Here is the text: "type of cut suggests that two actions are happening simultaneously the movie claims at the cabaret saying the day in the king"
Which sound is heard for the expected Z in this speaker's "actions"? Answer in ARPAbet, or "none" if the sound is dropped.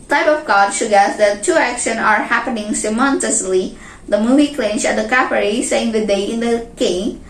none